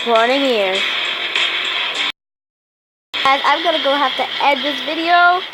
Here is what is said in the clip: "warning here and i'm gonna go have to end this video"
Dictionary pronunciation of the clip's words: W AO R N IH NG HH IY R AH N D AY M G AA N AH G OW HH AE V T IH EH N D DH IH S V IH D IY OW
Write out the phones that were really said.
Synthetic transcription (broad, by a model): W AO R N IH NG HH IY R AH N AY M G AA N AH G OW HH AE F T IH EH D DH IH S V IH D IY OW